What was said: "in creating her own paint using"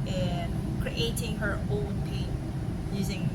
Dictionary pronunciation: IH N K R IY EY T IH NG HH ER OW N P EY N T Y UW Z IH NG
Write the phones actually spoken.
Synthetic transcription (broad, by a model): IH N K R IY EY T IH NG HH ER OW N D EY T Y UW Z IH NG